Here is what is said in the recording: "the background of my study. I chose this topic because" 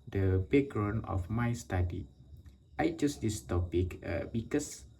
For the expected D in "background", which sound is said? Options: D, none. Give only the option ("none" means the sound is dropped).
none